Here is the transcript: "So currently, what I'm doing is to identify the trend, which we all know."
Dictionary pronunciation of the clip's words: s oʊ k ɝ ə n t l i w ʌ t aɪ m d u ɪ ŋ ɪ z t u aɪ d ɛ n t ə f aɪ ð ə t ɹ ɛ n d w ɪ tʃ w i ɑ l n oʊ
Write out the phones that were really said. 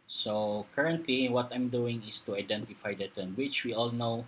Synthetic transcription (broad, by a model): s oʊ k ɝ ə n t l i w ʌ t aɪ m d u ɪ ŋ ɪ s t u aɪ d ɛ n t ə f aɪ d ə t ɛ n w ɪ tʃ w i ɑ l n oʊ